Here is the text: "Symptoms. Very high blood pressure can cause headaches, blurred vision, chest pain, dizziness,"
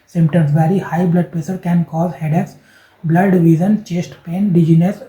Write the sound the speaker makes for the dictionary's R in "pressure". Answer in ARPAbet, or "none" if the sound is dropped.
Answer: none